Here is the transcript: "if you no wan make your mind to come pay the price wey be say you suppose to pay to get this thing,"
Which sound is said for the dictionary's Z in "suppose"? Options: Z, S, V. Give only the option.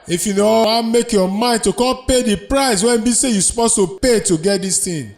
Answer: S